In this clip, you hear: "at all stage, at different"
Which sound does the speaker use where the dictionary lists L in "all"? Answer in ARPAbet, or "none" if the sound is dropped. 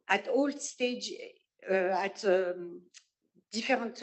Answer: L